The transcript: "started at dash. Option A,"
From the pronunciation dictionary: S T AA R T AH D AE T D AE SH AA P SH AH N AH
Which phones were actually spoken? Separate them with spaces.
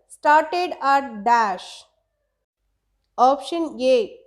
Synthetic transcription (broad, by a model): S T AA R T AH D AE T D AE SH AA P SH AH N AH